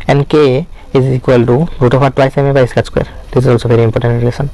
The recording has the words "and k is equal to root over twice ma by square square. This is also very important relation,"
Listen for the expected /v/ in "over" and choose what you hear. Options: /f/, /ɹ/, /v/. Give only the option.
/f/